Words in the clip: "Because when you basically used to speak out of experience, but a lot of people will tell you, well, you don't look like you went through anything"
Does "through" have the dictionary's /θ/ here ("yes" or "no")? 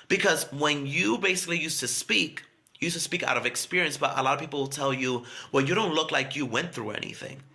yes